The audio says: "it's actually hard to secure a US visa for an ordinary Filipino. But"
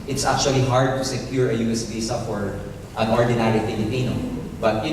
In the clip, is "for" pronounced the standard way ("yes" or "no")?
no